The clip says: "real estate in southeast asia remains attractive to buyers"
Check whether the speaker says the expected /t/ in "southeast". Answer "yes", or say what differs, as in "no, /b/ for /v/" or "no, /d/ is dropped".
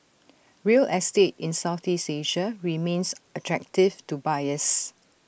no, /t/ is dropped